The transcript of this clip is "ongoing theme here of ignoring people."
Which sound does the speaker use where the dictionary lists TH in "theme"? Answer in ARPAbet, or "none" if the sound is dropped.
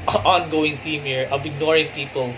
T